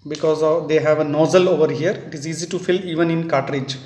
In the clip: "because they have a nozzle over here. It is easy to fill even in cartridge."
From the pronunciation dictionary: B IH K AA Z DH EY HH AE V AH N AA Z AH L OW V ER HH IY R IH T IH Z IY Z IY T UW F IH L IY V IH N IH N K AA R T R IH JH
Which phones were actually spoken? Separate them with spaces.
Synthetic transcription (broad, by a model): B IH K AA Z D EY HH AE V AH N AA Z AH L OW V ER HH IY R IH T IH Z IY Z IY T UW F IH L IY V IH N IH N K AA T R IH JH